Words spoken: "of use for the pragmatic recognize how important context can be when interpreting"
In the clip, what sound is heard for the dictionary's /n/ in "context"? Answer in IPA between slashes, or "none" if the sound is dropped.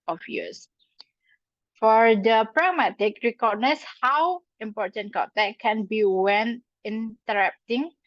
none